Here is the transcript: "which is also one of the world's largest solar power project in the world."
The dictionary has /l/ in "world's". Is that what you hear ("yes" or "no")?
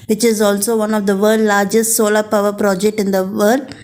no